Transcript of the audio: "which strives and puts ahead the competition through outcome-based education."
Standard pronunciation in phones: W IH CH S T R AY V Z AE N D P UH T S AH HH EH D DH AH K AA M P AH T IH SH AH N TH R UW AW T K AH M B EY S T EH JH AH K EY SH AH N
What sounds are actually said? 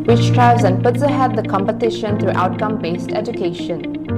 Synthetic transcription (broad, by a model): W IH CH T R AY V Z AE N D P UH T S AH HH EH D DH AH K AA M P AH T IH SH AH N T R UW AW T K AH M B EY S T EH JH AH K EY SH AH N